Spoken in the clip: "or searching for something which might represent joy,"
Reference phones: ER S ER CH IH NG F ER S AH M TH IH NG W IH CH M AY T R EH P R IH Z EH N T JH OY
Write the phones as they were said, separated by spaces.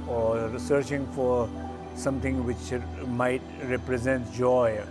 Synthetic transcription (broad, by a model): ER S ER CH IH NG F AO S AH M T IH NG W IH CH M AY T R EH P R IH Z EH N T JH OY